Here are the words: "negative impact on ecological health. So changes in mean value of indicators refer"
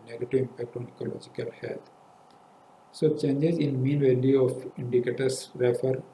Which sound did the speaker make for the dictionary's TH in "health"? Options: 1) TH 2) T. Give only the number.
2